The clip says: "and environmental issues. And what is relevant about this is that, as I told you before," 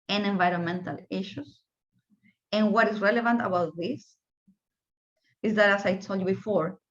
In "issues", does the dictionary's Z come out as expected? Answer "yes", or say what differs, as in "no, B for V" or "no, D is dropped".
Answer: no, S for Z